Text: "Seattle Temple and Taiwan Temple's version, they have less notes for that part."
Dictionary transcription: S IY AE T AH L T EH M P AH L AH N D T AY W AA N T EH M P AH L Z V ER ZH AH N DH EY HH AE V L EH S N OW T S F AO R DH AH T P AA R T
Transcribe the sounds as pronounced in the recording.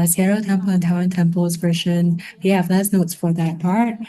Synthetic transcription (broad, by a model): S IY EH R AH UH T EH M P AH L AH N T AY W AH N T EH M P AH L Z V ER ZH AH N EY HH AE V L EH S N OW T S F AO R DH AH T P AA R T